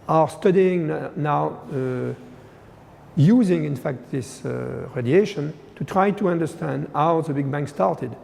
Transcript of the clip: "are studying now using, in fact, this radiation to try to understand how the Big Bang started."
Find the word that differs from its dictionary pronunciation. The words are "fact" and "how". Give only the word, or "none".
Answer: none